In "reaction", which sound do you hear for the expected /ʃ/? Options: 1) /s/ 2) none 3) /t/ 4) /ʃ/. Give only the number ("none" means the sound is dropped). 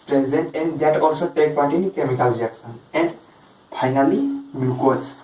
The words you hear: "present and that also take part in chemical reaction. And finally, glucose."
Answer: 1